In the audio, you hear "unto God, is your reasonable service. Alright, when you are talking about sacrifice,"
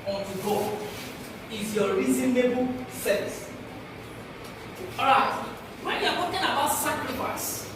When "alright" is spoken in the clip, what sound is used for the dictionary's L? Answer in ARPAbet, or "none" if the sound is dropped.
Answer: none